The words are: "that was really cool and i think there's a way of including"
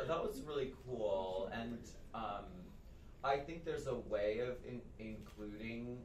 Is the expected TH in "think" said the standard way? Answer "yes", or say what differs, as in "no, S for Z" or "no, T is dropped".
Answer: yes